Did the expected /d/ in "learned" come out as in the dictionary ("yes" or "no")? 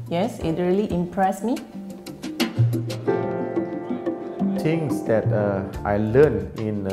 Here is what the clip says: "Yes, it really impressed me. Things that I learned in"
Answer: no